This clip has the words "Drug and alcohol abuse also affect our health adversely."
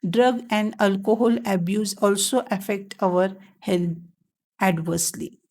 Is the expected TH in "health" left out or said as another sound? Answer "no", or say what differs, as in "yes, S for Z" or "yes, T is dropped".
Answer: yes, T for TH